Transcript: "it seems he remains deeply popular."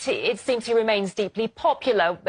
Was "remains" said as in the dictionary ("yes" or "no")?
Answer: yes